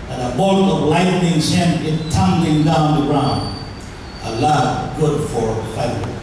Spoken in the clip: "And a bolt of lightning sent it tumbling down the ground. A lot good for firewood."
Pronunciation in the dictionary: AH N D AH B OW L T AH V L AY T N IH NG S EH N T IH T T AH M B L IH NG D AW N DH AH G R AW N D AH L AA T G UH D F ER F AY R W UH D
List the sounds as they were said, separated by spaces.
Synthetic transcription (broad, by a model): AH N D AH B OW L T AH V L AY T N IH NG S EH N IH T T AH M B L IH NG D AW N DH AH G R AW N D AH L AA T G UH D F ER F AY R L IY